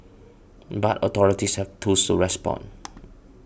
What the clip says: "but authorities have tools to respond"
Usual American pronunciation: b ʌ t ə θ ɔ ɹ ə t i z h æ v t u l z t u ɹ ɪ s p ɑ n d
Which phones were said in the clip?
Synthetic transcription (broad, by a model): b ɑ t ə t ɔ ɹ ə t i s h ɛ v t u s t u ɹ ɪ s p ɑ n